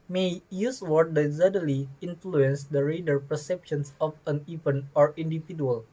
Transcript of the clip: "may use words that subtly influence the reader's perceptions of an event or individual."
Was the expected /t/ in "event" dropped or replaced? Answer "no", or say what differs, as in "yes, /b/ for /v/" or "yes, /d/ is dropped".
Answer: yes, /t/ is dropped